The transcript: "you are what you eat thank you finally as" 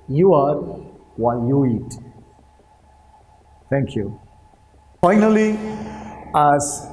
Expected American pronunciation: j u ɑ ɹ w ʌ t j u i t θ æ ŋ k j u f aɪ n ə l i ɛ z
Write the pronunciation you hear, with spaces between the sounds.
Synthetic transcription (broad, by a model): j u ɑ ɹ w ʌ j u i t t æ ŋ k j u f aɪ n ə l i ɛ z